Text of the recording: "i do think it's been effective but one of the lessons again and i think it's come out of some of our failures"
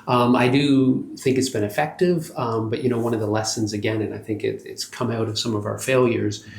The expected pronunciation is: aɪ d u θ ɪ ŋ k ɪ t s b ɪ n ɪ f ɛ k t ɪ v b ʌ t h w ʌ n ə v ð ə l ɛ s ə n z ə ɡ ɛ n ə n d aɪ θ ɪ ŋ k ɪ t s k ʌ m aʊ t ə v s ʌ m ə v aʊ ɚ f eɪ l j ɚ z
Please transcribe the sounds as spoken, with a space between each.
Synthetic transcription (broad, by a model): aɪ d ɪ θ ɪ ŋ k ɪ t s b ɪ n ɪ f ɛ k t ɪ v b ʌ t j w ʌ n ə v ð ə l ɛ s ə n z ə ɡ ɛ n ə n aɪ θ ɪ ŋ k ɪ t s k ʌ m aʊ t ə v s ʌ m ə v aʊ ɚ f eɪ l j ɚ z